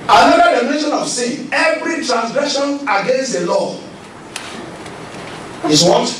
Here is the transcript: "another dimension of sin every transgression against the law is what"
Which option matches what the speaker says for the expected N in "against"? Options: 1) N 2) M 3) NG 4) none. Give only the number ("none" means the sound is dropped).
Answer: 1